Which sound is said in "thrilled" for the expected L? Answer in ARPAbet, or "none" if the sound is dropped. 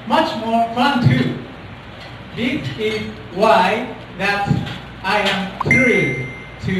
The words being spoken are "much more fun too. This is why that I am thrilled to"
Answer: none